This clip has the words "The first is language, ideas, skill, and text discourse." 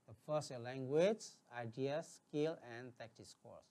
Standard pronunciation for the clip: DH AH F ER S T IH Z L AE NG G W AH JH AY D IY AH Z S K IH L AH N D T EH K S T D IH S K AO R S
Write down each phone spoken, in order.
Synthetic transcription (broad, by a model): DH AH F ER S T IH L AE NG G W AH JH AY D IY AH S K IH L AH N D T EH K T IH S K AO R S